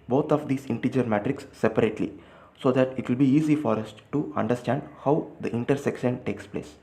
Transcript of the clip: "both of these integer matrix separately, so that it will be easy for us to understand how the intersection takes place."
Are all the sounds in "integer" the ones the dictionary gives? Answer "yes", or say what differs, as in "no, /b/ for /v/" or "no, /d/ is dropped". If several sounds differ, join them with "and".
yes